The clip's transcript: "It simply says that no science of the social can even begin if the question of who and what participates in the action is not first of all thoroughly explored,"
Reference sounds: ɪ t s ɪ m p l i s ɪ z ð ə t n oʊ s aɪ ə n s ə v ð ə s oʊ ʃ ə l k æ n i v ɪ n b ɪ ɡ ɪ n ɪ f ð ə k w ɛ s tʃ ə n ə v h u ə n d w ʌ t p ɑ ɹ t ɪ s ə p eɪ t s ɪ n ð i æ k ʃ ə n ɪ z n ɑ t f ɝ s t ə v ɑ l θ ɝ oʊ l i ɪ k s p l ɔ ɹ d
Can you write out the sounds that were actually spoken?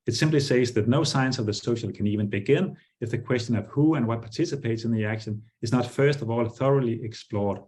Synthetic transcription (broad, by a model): ɪ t s ɪ m p l i s ɪ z ð ə t n oʊ s aɪ ə n s ə v ð ə s oʊ ʃ ə l k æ n i v ɪ n b ɪ ɡ ɪ n ɪ f ð ə k w ɛ s tʃ ə n ə v h u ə n w ʌ t p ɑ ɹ t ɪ s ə p eɪ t s ɪ n ð i æ k ʃ ə n ɪ z n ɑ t f ɝ s t ə v ɑ l θ ɝ oʊ l i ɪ k s p l ɔ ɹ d